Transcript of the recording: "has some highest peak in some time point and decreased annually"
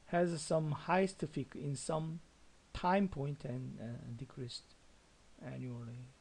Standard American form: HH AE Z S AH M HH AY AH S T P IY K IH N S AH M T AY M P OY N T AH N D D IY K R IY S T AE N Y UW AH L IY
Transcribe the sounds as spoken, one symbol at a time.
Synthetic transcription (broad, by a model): HH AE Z S AH M HH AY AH S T F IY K IH N S AH M T AY M P OY N T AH N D D IY K R IY S T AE N Y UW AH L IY